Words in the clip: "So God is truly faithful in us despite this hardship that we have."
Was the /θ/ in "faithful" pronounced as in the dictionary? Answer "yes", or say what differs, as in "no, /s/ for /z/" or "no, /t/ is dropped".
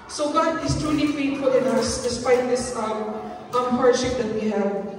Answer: no, /t/ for /θ/